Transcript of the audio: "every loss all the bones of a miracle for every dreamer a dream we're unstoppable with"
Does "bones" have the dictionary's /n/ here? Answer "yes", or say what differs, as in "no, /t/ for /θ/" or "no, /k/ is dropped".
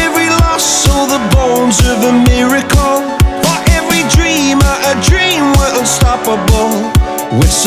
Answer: yes